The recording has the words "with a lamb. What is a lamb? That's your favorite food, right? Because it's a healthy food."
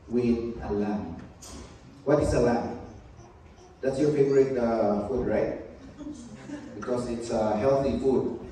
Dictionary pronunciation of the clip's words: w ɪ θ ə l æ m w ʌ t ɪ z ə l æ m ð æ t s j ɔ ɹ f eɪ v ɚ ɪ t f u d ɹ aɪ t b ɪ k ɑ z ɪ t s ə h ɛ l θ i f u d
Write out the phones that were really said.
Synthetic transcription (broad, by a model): w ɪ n ə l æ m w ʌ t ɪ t ə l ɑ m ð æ t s j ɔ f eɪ p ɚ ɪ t f u d ɹ aɪ t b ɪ k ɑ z ɪ t s ə h ɛ l θ i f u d